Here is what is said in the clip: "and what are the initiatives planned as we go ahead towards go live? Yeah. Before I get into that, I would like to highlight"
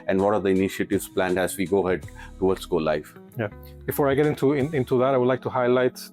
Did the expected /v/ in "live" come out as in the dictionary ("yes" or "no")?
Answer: no